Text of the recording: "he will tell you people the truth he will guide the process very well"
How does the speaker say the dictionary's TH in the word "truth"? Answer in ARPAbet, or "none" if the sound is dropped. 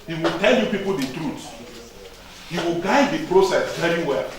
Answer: S